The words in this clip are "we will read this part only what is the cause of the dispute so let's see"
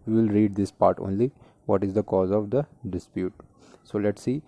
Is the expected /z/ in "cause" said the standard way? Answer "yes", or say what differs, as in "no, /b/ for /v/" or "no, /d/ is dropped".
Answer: yes